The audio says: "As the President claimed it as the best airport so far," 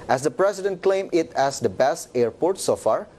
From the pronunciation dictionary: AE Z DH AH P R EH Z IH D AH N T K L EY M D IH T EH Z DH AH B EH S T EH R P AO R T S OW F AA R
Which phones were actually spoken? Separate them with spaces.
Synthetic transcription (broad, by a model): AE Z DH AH P R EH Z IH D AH N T K L EY M IH T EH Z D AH B EH S T EH R P AO R T S OW F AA R